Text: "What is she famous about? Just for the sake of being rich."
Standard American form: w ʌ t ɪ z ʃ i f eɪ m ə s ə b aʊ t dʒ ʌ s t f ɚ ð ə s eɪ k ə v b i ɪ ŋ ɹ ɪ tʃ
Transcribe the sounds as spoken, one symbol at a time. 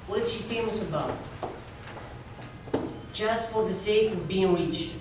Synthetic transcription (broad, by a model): w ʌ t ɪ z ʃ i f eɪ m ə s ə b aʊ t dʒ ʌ s t f ɚ ð ə s eɪ k ə v b i ɪ ŋ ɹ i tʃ